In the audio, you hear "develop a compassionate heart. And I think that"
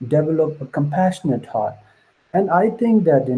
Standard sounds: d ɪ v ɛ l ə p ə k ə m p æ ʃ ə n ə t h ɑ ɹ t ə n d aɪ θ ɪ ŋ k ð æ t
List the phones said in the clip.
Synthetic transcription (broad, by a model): d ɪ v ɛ l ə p ə k ə m p æ ʃ ə n ə t h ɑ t ə n d aɪ t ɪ ŋ k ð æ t